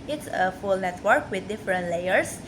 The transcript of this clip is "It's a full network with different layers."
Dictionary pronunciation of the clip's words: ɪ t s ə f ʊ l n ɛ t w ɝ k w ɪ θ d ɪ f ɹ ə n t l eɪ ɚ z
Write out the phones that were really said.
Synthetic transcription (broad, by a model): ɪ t s ə f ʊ l n ɛ t w ɝ k w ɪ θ d ɪ f ɹ ə n t l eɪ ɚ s